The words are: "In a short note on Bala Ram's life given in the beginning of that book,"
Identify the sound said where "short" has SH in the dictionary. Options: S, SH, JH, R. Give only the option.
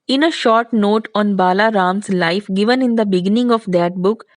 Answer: SH